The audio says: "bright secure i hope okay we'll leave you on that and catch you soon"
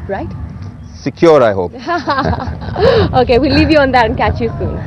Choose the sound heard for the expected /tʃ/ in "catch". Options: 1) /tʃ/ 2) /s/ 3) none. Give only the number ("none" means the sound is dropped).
1